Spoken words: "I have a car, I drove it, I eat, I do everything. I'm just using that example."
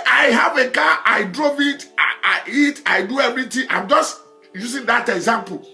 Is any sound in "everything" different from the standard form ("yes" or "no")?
yes